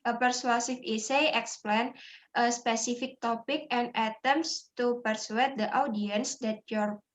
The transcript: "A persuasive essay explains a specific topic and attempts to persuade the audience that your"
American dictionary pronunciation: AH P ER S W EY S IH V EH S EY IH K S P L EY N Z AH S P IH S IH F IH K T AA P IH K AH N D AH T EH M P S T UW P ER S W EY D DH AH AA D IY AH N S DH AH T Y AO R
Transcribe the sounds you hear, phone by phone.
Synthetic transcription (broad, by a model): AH P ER S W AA S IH F EH S EY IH K S P L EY N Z AH S P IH S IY F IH K T AA P IH K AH N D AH T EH M S T UW P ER S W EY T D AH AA D IY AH N S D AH T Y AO R